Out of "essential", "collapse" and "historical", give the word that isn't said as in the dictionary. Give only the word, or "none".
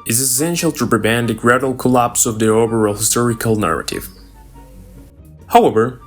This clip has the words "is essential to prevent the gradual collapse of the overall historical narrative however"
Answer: none